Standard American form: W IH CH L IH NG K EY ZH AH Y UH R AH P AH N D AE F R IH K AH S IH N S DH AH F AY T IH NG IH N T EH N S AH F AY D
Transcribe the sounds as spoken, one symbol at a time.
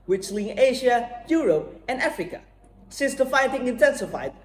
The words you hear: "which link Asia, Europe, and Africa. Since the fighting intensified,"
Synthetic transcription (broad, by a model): W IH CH L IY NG EY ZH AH Y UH R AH P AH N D AE F R IH K AH S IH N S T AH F AY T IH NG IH N T EH N S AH F AY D